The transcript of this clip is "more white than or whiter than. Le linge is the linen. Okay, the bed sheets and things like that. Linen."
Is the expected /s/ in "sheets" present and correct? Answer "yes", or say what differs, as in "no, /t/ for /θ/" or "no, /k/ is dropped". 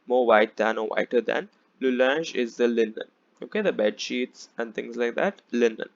yes